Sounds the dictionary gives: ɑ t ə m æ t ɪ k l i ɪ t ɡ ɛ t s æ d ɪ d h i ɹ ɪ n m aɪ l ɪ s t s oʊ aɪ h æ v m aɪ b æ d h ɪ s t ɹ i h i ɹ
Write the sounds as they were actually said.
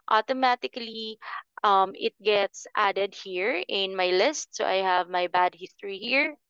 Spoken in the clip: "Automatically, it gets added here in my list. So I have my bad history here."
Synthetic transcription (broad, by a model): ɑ t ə m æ t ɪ k l i ɪ t ɡ ɛ t s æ d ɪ d h i ɹ ɪ n m aɪ l ɪ s t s oʊ aɪ h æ v m aɪ b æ d h ɪ s t ɹ i h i ɹ